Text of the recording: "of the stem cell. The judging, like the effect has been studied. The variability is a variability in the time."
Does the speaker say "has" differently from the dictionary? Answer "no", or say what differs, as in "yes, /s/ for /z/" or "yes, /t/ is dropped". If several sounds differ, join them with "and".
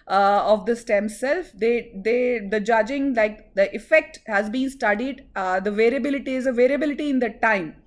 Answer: no